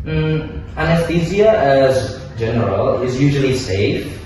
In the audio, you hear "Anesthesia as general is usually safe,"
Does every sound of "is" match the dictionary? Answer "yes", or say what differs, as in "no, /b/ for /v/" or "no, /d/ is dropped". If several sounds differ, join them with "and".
yes